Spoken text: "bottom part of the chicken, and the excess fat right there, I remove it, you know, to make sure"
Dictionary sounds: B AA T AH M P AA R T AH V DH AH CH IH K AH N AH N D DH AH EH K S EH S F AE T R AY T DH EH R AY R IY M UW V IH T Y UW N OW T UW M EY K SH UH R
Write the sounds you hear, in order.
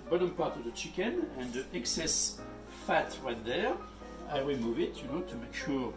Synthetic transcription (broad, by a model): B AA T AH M P AA R T AH V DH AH CH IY K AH N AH N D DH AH EH K S EH S F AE T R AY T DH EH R AY W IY M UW V IH T Y UW N OW T UW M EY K SH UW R